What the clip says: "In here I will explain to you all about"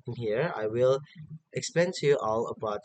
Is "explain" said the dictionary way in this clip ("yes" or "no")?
no